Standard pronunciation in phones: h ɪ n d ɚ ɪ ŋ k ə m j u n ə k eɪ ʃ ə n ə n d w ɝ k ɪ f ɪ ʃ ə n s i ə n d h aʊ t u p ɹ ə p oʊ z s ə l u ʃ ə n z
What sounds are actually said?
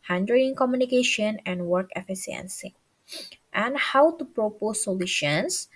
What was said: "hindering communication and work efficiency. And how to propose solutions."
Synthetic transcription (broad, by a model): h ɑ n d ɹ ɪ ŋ k ə m j u n ə k eɪ ʃ ə n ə n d w ɝ k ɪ f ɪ s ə n s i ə n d h aʊ t u p ɹ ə p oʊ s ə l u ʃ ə n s